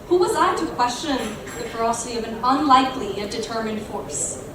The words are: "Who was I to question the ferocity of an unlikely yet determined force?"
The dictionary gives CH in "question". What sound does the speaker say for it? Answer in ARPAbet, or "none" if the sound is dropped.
CH